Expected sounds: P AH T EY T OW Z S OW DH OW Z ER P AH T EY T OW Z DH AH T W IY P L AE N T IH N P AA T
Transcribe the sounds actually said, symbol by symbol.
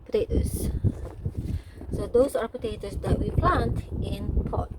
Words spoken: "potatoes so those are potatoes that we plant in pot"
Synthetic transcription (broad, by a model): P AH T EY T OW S S OW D OW S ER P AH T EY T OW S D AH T W IY P L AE N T IH N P AA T